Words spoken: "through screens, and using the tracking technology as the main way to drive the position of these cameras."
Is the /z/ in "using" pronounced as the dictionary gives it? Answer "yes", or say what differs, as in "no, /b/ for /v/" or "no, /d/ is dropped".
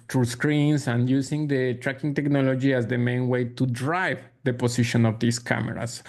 no, /s/ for /z/